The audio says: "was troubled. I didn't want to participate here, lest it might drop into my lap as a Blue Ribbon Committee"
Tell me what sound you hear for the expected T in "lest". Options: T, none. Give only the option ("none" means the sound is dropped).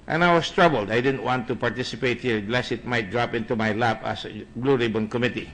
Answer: none